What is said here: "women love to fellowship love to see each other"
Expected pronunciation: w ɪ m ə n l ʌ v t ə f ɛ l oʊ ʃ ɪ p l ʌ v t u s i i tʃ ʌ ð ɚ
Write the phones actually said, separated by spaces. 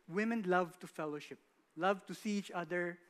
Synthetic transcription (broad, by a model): w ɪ m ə n l ʌ v t ə f ɛ l oʊ ʃ ɪ p l ʌ v t u s i i tʃ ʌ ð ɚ